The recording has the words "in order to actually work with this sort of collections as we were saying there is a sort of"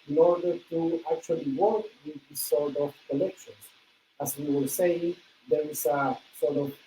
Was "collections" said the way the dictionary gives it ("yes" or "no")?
no